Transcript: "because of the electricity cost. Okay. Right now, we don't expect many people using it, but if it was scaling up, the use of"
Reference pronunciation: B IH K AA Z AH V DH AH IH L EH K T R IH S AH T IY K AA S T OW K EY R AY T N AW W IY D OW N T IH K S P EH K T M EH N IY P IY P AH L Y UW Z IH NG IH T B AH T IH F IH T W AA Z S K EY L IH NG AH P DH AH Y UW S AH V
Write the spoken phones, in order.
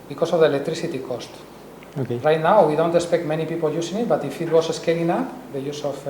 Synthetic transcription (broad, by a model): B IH K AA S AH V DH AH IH L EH K T R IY S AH T IY K AA S T OW K EY R AY T N AW W IY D OW N T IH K S P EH K T M EH N IY P IY P AH L Y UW S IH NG IH T B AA T IH F IH T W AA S S K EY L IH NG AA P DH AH Y UW S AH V